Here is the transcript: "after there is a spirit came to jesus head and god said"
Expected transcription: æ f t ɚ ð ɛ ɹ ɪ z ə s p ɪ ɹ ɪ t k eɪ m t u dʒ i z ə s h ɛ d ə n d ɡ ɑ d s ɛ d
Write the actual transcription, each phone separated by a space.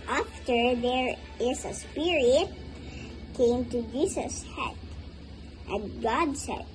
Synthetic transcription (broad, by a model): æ f t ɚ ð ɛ ɹ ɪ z ə s p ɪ ɹ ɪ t k eɪ m t u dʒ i s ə s h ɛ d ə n ɡ ɑ d s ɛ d